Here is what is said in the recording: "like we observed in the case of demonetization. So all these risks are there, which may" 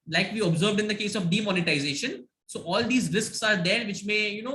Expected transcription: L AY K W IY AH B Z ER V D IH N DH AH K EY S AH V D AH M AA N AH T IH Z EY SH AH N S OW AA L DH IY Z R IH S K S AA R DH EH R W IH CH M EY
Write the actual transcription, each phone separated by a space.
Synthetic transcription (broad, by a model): L AY K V IY AH B Z ER V D IH N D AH K EY S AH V D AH M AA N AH T IH Z EY SH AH N S OW AA L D IY Z R IH S K S AA R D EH R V IH CH M EY